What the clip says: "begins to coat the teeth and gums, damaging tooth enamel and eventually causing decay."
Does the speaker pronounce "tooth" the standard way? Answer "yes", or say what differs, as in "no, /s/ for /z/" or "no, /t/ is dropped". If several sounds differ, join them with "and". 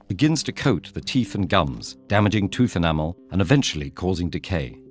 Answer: yes